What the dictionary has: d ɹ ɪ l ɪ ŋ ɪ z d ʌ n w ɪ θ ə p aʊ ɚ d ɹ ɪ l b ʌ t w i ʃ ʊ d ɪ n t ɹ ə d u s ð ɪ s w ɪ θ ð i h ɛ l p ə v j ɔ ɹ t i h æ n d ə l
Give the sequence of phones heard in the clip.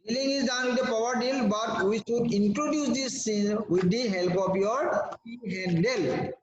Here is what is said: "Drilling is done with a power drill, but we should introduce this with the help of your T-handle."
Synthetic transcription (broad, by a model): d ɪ l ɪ ŋ ɪ z d ʌ n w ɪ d ə p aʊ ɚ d ɪ l b ʌ t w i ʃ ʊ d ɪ n t ɹ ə d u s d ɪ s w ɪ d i h ɛ l p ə p j ɔ ɹ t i h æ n d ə l